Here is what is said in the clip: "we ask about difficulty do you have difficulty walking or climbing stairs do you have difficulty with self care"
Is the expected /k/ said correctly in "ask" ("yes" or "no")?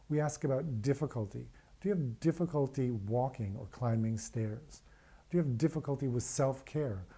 yes